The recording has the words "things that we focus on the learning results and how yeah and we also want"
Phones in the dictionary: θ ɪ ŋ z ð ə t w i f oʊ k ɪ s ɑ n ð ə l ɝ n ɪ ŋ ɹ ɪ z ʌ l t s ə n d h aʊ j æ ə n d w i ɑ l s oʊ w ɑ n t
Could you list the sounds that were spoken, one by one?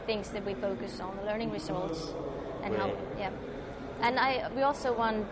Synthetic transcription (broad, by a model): θ ɪ ŋ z ð ə t w i f oʊ k ɪ s n ð ə l ɝ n ɪ ŋ ɹ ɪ s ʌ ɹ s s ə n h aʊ j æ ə n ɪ w i ɑ l s oʊ w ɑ n